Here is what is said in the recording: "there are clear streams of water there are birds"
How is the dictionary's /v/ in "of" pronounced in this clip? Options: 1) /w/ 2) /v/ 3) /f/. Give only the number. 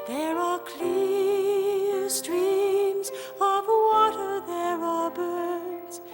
2